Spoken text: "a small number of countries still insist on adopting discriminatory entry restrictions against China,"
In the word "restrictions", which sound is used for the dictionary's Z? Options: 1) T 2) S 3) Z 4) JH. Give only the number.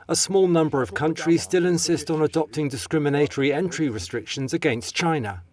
3